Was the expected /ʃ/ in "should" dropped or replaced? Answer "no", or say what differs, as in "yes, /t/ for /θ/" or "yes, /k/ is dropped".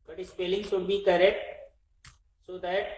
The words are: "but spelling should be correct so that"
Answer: yes, /s/ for /ʃ/